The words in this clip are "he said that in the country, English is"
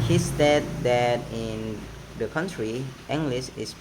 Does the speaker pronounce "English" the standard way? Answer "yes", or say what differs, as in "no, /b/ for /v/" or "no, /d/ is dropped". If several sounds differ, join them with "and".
no, /s/ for /ʃ/